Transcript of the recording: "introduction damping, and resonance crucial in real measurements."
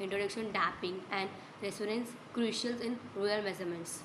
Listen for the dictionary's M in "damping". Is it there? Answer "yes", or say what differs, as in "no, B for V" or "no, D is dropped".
no, M is dropped